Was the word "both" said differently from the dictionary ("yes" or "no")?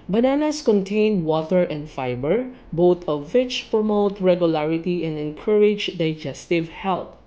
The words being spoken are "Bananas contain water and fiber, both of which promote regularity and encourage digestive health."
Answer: yes